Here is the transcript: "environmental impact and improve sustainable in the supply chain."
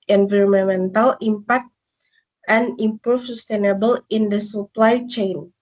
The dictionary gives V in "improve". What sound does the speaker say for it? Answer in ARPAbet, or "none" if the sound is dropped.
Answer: F